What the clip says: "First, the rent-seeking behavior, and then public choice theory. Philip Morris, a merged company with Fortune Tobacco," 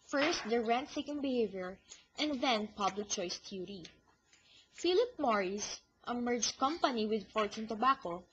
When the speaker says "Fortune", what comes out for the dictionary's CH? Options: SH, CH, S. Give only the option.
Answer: S